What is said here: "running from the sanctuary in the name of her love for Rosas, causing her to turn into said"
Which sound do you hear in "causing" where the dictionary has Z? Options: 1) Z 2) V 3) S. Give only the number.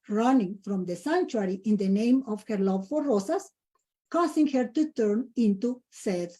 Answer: 3